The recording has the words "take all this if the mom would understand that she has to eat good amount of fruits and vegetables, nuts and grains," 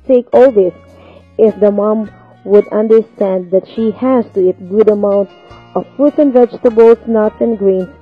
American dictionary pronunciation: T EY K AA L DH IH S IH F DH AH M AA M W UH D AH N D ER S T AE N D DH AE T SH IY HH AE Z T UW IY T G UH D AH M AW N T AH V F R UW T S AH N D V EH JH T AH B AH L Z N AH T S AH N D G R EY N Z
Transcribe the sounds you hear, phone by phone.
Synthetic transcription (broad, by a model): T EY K AA L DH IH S IH F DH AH M AA M W UH D AH N D ER S T AE N D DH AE T SH IY HH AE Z T UW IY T G UH D AH M AW N T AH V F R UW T AH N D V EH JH T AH B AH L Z N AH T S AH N G R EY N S